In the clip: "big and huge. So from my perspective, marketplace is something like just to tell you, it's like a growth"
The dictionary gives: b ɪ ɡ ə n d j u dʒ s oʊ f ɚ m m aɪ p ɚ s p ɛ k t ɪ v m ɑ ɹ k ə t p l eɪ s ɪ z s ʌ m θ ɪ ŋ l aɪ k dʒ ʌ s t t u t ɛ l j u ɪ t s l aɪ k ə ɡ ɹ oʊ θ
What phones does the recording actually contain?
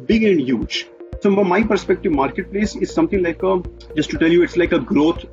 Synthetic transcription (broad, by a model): b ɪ ɡ ə n d j u dʒ s oʊ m m aɪ p ɚ s p ɛ k t ɪ v m ɑ ɹ k ə t p l eɪ s ɪ z s ʌ m t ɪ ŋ l aɪ k dʒ ʌ s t t u t ɛ l j u ɪ t s l aɪ k ə ɡ ɹ oʊ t